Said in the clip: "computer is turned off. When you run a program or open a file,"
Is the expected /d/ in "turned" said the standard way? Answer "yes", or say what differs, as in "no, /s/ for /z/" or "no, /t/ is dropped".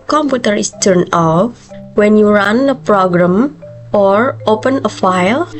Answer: no, /d/ is dropped